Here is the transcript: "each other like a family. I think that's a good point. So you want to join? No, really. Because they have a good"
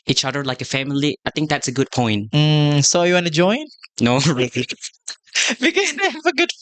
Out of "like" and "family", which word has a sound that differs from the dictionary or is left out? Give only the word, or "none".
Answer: none